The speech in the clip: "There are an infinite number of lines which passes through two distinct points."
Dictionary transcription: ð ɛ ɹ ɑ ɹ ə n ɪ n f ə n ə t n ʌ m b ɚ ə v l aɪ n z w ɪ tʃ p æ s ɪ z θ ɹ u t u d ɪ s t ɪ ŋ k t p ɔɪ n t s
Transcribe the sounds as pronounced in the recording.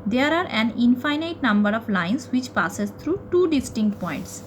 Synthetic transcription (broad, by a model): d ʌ ɹ ɑ ɹ ə n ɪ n f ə n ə t n ʌ m b ɚ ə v l aɪ n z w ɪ tʃ p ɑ s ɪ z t ɹ u t u d ɪ s t ɪ ŋ k t p ɔɪ n t s